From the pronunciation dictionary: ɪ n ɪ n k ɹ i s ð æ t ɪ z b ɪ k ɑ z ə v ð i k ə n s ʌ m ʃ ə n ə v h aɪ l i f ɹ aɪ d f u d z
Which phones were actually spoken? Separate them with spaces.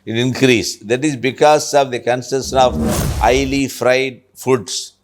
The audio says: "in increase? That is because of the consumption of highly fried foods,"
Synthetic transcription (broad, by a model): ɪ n ɪ n k ɹ i s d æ t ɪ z b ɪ k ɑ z ə v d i k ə n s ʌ ʃ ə n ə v aɪ l i f ɹ aɪ d f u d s